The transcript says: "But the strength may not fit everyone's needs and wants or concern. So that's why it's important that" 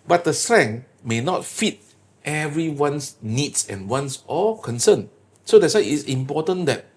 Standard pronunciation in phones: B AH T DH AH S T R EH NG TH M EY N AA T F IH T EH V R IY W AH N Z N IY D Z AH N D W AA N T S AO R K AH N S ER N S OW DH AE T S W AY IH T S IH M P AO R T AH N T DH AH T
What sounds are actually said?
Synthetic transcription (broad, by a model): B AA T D AH S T R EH NG M EY N AA T F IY T EH V R IY W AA N S N IY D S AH N W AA N S AO L K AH N S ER N S OW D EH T S W AY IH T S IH M P AO T AH N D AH T